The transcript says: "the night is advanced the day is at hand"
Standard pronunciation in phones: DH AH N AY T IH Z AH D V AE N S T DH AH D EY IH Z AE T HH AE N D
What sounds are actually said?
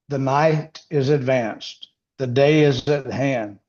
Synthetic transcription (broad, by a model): DH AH N AY T IH Z AH D V AE N S T DH AH D EY IH Z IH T HH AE N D